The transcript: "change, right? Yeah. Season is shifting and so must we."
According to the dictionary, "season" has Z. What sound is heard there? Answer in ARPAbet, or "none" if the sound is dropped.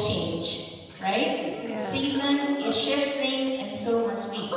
Z